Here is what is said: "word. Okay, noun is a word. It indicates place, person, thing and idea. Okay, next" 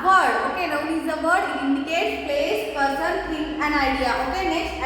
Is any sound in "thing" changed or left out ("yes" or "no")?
yes